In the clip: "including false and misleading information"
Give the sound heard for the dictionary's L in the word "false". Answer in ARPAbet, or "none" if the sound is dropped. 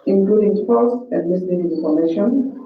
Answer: none